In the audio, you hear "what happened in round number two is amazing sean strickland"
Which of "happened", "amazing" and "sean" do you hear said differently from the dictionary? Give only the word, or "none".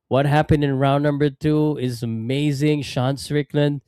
none